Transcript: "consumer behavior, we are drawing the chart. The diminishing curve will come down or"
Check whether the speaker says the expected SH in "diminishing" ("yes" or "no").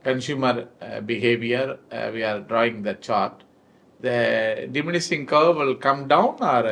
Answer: no